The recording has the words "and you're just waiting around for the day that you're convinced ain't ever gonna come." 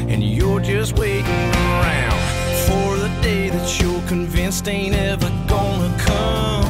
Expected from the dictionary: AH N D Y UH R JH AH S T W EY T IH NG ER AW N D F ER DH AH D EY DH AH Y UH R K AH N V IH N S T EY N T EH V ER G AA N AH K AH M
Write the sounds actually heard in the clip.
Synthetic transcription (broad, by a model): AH N Y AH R JH AH S T W EY T IH NG ER AW N D F ER DH AH D EY DH AH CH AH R K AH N V IH N S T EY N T EH V ER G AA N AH K AH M